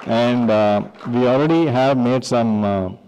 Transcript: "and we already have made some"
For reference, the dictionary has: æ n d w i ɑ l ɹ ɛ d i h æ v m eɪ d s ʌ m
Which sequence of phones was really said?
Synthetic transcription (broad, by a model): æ n d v i ɑ l ɹ ɛ d i h æ v m eɪ d s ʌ m